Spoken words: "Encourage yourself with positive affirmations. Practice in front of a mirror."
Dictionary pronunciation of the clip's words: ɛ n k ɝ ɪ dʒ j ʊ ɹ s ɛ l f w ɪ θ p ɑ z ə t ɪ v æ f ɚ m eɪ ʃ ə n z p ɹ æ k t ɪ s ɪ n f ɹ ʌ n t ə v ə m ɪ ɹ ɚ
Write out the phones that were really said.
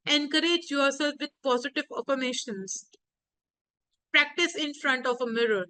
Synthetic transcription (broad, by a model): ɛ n k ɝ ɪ dʒ j ʊ ɹ s ɛ l f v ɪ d p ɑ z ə t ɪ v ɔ p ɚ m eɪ ʃ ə n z p ɹ æ k t ɪ s ɪ n f ɹ ʌ n t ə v ə m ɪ ɹ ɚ